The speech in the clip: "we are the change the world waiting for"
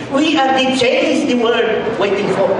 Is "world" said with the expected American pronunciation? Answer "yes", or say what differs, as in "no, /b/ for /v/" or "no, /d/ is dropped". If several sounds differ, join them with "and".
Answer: no, /l/ is dropped